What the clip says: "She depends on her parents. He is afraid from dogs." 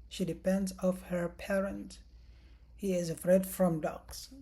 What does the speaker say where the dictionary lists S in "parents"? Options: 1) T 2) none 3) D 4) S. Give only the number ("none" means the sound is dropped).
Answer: 2